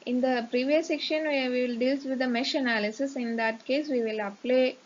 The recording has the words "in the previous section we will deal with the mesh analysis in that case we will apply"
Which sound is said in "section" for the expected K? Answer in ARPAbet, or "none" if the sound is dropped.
K